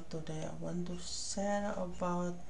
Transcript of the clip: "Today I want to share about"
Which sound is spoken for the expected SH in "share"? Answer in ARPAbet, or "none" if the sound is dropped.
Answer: S